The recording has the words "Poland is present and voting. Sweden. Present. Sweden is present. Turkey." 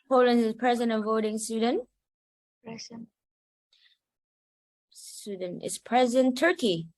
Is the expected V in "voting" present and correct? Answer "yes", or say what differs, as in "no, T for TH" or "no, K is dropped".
yes